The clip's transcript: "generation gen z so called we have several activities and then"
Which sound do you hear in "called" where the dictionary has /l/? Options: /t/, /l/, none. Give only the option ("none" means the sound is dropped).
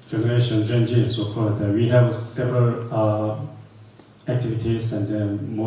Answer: none